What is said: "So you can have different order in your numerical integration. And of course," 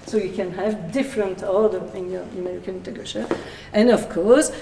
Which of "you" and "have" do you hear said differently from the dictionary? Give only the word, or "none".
none